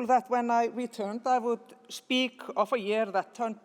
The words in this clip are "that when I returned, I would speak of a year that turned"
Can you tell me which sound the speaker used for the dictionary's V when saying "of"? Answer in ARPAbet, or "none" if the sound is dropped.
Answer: F